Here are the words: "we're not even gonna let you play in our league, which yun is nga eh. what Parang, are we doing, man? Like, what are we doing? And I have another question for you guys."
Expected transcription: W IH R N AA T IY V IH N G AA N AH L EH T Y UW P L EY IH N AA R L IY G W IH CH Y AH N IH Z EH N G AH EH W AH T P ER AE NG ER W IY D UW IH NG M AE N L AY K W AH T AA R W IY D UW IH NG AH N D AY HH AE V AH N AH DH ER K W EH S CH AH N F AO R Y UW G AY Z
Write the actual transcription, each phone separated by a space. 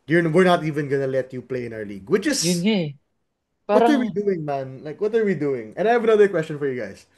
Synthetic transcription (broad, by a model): W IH R N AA T IY V IH N G AA N AH L EH T Y UW P L EY IH N AA R L IY G W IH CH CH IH S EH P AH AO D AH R W IY D UW IH NG M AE N L AY K W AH T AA R W IY D UW IH NG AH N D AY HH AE V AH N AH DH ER K W EH S CH AH N F AO R Y UW G AY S